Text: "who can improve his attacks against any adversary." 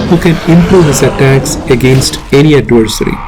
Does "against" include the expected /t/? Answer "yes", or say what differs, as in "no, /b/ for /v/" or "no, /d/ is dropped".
yes